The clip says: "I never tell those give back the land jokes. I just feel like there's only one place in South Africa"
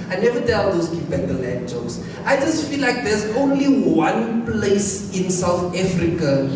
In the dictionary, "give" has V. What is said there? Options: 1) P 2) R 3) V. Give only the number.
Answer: 1